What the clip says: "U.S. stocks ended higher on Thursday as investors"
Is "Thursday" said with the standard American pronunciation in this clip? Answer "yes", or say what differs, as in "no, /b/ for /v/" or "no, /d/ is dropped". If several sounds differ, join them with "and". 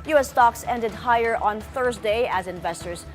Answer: yes